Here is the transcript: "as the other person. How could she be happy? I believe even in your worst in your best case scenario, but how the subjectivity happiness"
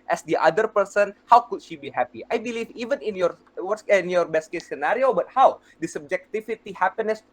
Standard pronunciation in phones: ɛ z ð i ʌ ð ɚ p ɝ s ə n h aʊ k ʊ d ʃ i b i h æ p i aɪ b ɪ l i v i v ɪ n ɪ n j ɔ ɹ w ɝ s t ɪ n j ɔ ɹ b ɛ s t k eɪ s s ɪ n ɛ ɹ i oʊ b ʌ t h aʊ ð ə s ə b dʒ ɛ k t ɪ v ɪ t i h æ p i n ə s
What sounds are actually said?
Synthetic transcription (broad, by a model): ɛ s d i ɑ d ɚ p ɝ s ə n h aʊ k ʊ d ʃ i b i h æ p i aɪ b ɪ l i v i v ɪ n ɪ n j ɔ ɹ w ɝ t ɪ n j ɔ ɹ b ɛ s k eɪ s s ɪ n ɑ ɹ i oʊ b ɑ t h aʊ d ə s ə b dʒ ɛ k t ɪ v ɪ t i h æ p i n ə s